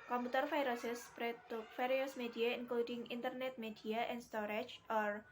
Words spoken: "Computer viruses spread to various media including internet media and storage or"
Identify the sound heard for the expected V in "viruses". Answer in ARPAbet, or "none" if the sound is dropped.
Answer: F